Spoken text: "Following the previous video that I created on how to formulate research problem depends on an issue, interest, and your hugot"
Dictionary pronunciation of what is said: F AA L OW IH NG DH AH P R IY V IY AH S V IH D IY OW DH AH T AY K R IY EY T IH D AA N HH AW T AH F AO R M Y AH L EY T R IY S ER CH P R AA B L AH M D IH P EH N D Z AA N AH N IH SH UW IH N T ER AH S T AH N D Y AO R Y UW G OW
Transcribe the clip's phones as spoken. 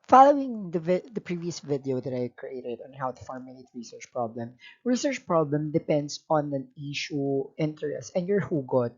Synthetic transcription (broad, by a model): F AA L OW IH NG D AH P R IY V IY AH S V IH D IY OW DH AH T AY K R IY EY T IH D AA N HH AW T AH F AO R M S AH L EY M R IY S ER CH P R AA B L AH M D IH P EH N D S AA N AH N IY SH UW IH N T ER AH S T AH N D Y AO R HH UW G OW